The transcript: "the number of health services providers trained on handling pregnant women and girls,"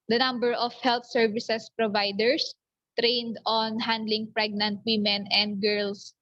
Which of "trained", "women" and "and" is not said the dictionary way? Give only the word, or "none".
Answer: none